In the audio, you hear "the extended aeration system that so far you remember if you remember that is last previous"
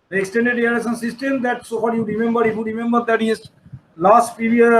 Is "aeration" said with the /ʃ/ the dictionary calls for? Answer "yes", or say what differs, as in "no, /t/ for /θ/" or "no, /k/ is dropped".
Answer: no, /s/ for /ʃ/